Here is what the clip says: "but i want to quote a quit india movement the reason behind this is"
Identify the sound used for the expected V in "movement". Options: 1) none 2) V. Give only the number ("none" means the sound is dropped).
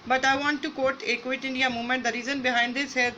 1